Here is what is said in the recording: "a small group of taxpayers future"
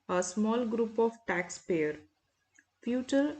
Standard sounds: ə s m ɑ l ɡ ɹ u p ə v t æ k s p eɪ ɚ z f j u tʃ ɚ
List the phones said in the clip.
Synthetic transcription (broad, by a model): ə s m ɑ l ɡ ɹ u p ə v t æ k s p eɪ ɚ f j u tʃ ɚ